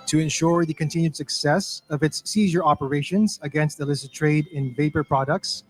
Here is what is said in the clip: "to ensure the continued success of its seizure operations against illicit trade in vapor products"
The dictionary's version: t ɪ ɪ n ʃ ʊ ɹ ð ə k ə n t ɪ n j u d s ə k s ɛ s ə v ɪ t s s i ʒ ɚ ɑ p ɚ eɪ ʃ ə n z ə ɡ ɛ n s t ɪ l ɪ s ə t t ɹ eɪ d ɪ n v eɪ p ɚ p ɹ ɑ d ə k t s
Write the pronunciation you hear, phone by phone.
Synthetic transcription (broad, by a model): t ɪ ɪ n ʃ ʊ ɹ ð ə k ə n t ɪ n j u d s ə k s ɛ s ə v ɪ t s s i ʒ ɚ ɑ p ɚ eɪ ʃ ə n z ə ɡ ɛ n s t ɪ l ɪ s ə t t ɹ eɪ d ɪ n v eɪ p ɚ p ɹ ɑ d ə k t s